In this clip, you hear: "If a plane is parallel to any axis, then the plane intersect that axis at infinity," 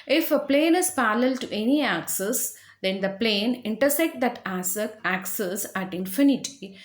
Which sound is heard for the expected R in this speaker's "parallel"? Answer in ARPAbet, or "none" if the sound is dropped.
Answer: L